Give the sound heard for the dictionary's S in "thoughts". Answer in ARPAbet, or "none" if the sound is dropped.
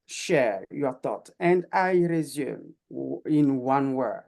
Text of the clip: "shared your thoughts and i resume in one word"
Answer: none